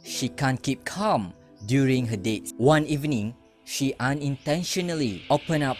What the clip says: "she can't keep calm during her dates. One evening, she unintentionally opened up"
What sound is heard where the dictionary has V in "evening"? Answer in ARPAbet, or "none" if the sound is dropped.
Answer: V